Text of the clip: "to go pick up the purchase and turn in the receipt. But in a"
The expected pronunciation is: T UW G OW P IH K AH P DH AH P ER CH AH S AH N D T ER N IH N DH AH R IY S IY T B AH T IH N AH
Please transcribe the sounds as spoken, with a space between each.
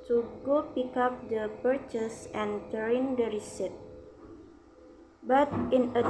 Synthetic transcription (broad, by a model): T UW G OW P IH K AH P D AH P ER CH AH S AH N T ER IH N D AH R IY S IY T B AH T IH N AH